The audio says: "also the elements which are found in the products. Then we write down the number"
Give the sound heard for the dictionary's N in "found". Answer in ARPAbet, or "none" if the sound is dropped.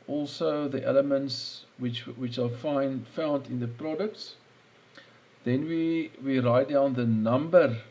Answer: N